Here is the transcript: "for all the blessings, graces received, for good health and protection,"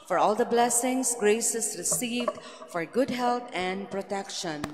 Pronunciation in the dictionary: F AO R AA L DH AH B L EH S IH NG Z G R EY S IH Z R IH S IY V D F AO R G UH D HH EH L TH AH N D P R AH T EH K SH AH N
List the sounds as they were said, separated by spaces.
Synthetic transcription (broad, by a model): F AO R AA L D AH B L EH S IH NG S G R EY S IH S R IH S IY V D F AO R G UH D HH EH L T AH N D P R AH T EH K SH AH N